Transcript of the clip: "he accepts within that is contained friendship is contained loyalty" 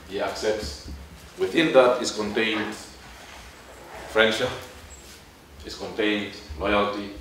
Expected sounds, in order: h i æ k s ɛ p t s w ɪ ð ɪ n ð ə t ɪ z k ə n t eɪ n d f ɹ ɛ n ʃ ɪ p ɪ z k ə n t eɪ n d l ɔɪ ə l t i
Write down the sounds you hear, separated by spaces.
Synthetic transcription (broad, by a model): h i æ k s ɛ p t s w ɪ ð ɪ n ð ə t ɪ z k ə n t eɪ n d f ɹ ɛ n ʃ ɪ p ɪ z k ə n t eɪ n d l ɔɪ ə l t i